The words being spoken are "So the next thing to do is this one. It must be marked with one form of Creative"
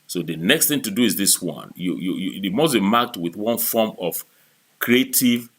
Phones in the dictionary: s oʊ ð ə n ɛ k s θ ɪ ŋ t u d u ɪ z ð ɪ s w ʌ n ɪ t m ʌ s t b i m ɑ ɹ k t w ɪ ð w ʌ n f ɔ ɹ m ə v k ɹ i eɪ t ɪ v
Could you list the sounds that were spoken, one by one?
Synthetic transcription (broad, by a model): s oʊ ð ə n ɛ k s θ ɪ ŋ t u d u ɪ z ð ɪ s w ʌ n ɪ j m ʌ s b i m ɑ k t w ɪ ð w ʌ n f ɔ m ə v k ɹ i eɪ t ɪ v